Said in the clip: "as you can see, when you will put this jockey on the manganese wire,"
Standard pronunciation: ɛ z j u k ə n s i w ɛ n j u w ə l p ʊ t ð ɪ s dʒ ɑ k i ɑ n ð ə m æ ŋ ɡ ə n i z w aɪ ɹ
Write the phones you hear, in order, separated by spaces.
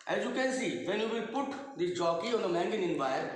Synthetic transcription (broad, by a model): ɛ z j u k ə n s i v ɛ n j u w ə p ʊ t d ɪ dʒ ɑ k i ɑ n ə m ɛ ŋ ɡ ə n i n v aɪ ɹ